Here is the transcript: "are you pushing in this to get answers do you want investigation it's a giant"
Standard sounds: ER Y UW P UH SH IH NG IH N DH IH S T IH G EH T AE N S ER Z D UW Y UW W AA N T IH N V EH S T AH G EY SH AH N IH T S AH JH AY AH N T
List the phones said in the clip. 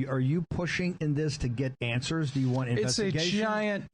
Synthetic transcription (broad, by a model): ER Y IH P UH SH IH NG IH N DH IH S T IH G EH T AE N S ER Z D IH Y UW W AA N T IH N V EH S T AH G EY AH IH AH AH N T